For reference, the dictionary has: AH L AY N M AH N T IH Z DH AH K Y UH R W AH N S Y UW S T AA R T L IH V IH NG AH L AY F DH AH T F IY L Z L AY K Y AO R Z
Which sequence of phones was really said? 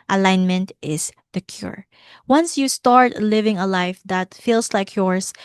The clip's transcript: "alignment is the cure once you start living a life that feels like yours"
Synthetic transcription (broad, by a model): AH L AY N M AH N T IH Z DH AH K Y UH R W AH N S Y UW S T AA R T L IH V IH NG AH L AY F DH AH T F IY L S L AY K Y AO R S